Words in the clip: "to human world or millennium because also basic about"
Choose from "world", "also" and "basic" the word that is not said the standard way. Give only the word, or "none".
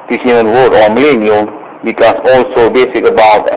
world